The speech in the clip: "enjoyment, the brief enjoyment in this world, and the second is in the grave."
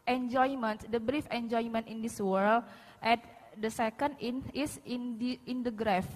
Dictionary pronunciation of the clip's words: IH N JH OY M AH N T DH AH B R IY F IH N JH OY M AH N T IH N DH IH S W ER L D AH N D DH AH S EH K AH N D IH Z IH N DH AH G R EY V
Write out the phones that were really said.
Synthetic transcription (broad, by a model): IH N JH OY M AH N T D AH B R IY F IH N JH OY M AH N T IH N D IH S W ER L AH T D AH S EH K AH N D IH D IH N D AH G R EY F